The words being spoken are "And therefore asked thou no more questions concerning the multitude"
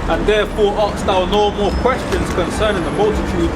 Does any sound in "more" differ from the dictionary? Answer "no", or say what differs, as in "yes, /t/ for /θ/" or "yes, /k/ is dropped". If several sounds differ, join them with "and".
yes, /l/ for /ɹ/